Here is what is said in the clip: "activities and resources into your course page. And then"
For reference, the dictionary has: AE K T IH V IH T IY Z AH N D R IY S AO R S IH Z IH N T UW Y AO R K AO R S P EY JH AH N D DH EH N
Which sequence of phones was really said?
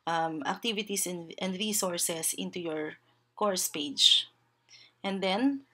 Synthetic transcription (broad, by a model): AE K T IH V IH T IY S AH N D R IY S AO R S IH S IH N T UW Y AO R K AO R S P EY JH AH N D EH N